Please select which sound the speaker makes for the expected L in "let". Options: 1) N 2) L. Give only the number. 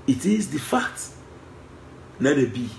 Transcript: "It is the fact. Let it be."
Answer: 1